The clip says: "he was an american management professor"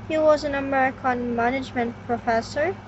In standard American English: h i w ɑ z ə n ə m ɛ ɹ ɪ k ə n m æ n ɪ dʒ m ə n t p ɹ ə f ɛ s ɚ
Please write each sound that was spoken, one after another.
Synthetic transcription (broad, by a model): h i w ɑ z ə n ə m ɛ ɹ ɪ k ə n m æ n ɪ dʒ m ə n t p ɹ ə f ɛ s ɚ